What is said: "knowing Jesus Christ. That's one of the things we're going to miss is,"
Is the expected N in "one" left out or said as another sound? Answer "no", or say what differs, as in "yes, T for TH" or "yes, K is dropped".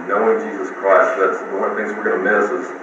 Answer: yes, N is dropped